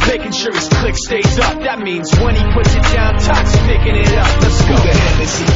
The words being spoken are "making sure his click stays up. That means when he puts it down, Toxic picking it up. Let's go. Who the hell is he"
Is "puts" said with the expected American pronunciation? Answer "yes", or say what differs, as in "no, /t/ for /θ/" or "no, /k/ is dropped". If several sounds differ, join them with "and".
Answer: yes